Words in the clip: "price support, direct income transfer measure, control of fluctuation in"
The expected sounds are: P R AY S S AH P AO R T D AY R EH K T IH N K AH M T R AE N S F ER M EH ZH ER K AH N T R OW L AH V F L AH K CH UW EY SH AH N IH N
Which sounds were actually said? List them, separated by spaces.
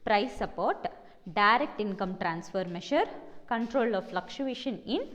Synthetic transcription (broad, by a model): P R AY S S AH P AO R T D AY R EH K T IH N K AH M T R AE N S F ER M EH SH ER K AH N T R OW L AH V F L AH K SH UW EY SH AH N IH N